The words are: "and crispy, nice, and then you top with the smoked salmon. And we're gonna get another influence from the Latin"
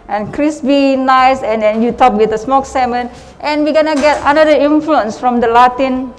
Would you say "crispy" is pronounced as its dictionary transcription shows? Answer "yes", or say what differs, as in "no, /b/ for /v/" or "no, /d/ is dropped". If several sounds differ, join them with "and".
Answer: no, /b/ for /p/